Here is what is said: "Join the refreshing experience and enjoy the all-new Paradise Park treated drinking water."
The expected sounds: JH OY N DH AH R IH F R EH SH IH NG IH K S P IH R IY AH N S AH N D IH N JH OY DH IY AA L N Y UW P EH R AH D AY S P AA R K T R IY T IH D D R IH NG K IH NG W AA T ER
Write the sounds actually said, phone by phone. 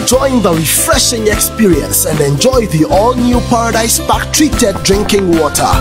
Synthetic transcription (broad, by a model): JH OY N DH AH R IH F R EH SH IH NG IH K S P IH R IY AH N S AH N D IH N JH OY DH IY AA L N Y UW P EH R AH D AY S B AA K T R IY T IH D D R IH NG K IH NG W AA T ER